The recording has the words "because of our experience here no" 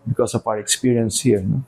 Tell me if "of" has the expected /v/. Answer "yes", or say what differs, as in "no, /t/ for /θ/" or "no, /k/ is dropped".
no, /p/ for /v/